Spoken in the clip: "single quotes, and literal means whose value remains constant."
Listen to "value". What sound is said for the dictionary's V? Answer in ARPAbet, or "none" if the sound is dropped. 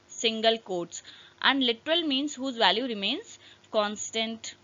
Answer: V